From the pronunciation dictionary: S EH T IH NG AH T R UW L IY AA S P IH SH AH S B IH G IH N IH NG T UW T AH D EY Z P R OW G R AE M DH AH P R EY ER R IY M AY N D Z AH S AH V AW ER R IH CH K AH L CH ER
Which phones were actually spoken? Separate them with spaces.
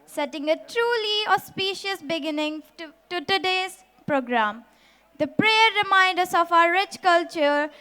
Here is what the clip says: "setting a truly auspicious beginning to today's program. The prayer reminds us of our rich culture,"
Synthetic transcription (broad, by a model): S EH T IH NG AH T R UW L IY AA S P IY SH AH S B IH G IH N IH NG T UW T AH D EY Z P R OW G R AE M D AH P R EY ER R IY M AY N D AH S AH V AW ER R IH CH K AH L CH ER